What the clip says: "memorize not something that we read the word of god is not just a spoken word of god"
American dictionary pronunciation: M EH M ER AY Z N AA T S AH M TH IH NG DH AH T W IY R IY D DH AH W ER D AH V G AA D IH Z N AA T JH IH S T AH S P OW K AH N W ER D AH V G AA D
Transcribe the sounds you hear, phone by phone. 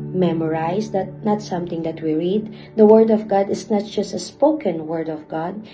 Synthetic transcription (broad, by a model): M EH M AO AY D N AA T S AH M T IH NG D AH T W IY R IY D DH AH W ER D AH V G AA D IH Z N AA T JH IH S T AH S P OW K AH N W ER D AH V G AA D